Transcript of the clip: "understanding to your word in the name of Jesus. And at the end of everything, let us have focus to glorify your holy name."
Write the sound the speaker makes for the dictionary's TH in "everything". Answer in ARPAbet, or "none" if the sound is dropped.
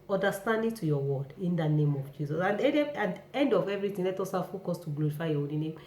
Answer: T